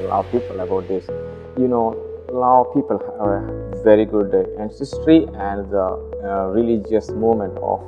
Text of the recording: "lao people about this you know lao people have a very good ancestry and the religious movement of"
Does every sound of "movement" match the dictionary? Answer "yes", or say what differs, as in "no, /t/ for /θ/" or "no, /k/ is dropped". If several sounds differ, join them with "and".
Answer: no, /v/ is dropped